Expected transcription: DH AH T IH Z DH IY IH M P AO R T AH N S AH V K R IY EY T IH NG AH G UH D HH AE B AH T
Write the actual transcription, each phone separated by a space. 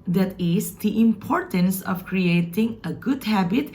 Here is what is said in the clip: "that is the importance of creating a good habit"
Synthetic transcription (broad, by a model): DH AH T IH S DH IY IH M P AO R T AH N S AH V K R IY EY T IH NG AH G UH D HH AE B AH T